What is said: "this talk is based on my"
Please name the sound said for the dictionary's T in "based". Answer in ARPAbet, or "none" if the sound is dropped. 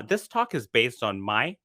T